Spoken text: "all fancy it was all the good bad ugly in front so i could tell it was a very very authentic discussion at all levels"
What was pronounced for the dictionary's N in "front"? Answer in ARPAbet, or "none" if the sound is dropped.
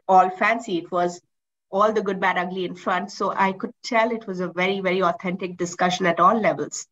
N